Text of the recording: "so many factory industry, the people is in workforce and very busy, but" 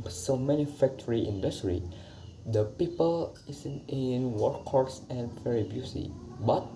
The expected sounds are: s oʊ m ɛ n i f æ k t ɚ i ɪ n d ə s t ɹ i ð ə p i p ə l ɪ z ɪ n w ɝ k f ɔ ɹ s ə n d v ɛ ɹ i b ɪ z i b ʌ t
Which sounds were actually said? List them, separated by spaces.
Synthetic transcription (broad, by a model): s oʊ m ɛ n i f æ k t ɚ i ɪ n d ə s t ɹ i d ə p i p ə l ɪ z ɪ n w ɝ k ɔ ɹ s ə n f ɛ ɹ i b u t i b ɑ t